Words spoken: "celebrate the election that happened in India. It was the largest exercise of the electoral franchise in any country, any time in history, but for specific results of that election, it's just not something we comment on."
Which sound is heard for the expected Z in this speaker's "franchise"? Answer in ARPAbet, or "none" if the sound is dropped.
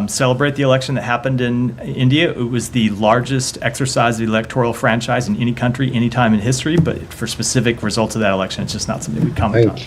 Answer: Z